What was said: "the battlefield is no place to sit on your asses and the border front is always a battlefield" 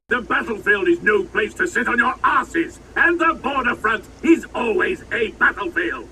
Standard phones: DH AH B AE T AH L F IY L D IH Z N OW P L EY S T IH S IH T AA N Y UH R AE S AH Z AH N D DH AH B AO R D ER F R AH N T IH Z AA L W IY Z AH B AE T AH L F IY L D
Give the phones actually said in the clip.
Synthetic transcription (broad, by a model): DH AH B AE T L F IY L D IH Z N OW P L EY S T IH S IH T N Y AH R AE S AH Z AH N DH AH B AO R D ER F R AH N T IH Z AA L W IY Z AH B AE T L F IY L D